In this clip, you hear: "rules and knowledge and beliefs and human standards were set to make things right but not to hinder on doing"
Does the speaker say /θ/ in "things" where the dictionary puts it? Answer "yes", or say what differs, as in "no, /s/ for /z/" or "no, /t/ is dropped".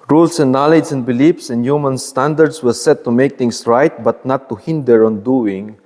no, /t/ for /θ/